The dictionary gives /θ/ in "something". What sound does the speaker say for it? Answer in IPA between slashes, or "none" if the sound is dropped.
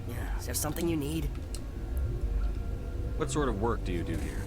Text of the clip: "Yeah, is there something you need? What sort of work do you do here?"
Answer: /θ/